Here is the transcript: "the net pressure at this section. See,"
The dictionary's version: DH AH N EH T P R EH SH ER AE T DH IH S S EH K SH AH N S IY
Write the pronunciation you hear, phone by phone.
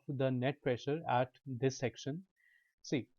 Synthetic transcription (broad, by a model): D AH N EH T P R EH SH ER AE T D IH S S EH K SH AH N S IY